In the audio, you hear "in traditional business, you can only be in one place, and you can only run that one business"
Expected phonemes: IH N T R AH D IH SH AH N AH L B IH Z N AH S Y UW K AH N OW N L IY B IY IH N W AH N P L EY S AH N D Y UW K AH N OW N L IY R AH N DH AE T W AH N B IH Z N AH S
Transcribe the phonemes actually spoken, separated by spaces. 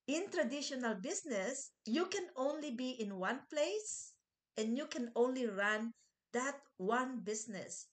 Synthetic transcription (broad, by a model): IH N T R AH D IH SH AH N AH L B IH S N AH S Y UW K AH N OW N L IY B IY IH N W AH N P L EY S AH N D Y UW K AH N OW N L IY R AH N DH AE T W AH N B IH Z N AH S